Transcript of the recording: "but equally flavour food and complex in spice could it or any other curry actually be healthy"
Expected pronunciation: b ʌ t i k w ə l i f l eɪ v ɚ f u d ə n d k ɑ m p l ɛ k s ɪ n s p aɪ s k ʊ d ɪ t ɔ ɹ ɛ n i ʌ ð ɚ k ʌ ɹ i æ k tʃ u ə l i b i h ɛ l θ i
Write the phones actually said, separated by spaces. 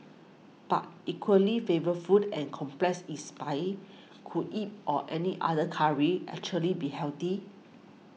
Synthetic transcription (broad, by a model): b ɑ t i k w ə l i f eɪ v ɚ f u d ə n k ɑ m p l ɛ k s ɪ s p aɪ k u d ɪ t ɔ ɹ ɛ n i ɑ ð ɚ k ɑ ɹ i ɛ k tʃ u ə l i b i h ɛ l t i